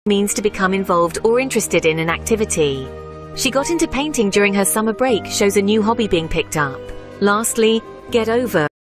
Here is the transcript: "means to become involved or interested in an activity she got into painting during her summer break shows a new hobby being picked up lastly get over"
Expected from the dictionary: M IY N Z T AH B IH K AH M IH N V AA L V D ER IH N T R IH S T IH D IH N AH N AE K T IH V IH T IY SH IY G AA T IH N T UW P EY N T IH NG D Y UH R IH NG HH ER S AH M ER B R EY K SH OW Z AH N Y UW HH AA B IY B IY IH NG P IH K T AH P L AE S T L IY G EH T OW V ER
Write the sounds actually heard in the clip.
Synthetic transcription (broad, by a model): M IY N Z T AH B IH K AH M IH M V AA L V D ER IH N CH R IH S T IH D IH N AH N AE K T IH V IH T IY SH IY G AA T IH N T UW P EY N T IH NG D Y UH R IH NG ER S AH M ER B R EY K SH OW Z AH N Y UW HH AA B IY B IY IH NG P IH K T AH P L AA S T L IY G EH T OW V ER